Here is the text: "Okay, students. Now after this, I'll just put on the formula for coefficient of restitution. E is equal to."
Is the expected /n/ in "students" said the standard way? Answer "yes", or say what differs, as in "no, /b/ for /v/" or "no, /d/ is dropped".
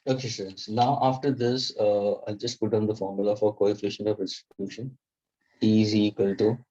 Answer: no, /n/ is dropped